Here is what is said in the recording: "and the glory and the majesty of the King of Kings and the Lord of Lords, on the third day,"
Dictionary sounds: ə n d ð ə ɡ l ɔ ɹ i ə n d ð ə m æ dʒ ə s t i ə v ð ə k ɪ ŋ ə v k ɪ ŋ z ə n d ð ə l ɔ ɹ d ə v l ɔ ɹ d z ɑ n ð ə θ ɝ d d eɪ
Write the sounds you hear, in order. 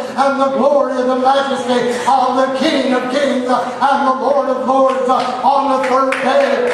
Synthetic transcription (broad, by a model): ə n ð ə ɡ l ɔ ɹ i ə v ð ə m æ dʒ ə s t i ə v ð ə k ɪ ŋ ə v k ɪ ŋ z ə n ð ə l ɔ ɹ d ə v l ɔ ɹ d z n ð ə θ ɝ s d eɪ